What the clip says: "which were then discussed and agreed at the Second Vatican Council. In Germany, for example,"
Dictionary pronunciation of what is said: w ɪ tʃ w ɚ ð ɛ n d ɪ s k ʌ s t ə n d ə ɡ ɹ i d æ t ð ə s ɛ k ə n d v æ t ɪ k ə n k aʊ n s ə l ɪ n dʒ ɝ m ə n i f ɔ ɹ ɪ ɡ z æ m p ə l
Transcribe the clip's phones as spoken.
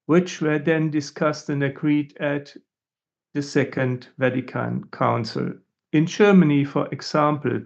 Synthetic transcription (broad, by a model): w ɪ tʃ w ɚ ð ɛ n d ɪ s k ʌ s t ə n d ə ɡ ɹ i d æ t ð ə s ɛ k ə n d v æ t ɪ k ə n k aʊ n s ə l ɪ n dʒ ɝ m ə n i f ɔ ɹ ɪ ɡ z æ m p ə l